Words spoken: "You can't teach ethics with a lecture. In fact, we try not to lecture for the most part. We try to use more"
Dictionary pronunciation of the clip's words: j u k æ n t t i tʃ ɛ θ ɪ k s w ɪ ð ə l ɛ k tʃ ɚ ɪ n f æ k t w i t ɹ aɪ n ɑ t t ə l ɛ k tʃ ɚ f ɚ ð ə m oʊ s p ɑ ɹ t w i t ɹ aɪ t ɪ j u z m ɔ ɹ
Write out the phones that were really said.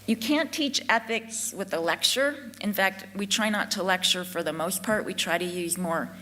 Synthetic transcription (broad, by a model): j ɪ k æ n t t i tʃ ɛ θ ɪ k s w ɪ ð ə l ɛ k tʃ ɚ ɪ n f æ k t w i t ɹ aɪ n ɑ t t ə l ɛ k tʃ ɚ f ɚ ð ə m oʊ s p ɑ ɹ t w i t ɹ aɪ t ɪ j u z m ɔ ɹ